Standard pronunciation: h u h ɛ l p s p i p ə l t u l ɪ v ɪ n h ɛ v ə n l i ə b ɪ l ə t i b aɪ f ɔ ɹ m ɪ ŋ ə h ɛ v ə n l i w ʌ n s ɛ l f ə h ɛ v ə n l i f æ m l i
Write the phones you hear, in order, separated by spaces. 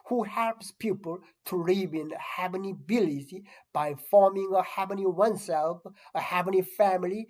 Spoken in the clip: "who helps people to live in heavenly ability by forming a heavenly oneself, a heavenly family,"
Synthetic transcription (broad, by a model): h u h ɛ l p s p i p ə l t u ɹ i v ɪ n h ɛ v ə n i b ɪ l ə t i b aɪ f ɔ ɹ m ɪ ŋ ə h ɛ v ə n i w ʌ n s ɛ l f ə h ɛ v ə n i f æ m l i